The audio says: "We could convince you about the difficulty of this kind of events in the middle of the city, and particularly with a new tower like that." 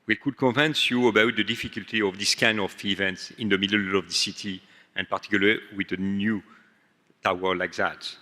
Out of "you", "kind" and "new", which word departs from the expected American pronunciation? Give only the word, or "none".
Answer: kind